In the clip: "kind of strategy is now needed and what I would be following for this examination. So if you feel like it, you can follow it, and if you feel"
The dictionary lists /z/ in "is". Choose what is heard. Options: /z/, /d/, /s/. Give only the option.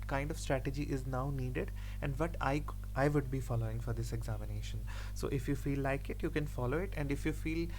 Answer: /z/